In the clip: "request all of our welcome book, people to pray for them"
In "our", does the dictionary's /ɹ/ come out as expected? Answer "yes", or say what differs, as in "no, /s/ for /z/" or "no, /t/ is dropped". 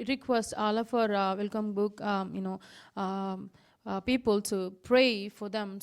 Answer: yes